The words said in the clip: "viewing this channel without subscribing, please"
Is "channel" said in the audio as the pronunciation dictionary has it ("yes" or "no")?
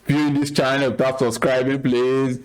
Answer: no